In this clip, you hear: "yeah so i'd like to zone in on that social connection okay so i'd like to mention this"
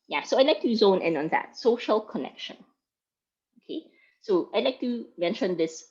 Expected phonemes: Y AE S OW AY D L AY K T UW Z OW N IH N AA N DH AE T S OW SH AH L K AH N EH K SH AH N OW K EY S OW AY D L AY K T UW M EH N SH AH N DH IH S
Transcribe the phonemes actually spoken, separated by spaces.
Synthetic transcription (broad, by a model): Y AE S OW AY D L AY K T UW Z OW N IH N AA N DH AE T S OW SH AH L K AH N EH K SH AH N OW K EY S OW AY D L AY K T UW M EH N SH AH N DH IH S